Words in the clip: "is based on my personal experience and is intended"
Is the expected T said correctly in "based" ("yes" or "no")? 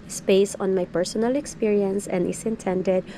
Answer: no